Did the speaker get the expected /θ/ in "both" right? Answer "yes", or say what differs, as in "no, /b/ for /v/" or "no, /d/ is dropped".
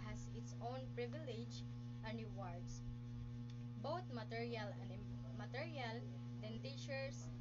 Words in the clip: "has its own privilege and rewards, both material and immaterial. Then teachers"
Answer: no, /t/ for /θ/